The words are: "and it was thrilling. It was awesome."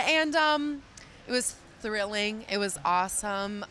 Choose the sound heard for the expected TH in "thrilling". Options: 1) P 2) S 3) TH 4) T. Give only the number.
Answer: 3